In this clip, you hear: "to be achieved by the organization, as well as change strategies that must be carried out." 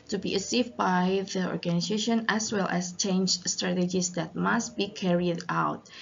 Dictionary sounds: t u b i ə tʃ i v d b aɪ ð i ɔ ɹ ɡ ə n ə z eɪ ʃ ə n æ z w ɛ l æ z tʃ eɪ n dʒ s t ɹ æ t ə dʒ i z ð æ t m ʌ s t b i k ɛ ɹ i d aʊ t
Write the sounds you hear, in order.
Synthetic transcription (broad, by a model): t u b i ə s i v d b aɪ ð i ɔ ɹ ɡ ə n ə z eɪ ʃ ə n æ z w ɛ l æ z tʃ eɪ n dʒ s t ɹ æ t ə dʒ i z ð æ t m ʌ s t b i k ɛ ɹ i d aʊ t